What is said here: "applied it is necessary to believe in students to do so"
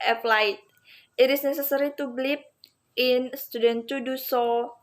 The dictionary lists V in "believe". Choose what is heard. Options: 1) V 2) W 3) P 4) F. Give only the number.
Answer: 3